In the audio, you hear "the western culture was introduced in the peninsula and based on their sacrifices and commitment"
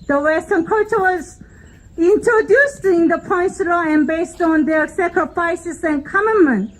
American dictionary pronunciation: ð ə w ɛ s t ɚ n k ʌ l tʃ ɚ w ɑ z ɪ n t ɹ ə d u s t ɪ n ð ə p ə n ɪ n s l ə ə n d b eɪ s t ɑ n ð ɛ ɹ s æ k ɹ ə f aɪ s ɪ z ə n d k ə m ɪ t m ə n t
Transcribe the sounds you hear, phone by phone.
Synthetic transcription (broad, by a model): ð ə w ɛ s t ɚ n k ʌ tʃ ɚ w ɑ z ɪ n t ɹ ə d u s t ɪ n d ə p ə ɪ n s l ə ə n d b eɪ s t ɑ n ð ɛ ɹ s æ k ɹ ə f aɪ s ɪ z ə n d k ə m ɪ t m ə n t